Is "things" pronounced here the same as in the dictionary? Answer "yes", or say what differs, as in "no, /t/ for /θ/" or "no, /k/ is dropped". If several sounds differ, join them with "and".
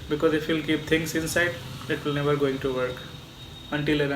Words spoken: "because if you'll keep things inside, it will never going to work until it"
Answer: no, /t/ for /θ/ and /s/ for /z/